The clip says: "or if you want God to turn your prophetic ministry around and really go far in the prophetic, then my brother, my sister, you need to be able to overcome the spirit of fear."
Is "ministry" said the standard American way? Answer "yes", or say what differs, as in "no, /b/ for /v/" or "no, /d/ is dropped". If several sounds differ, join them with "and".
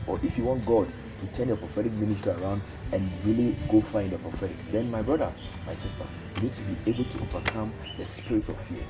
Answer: no, /ɹ/ is dropped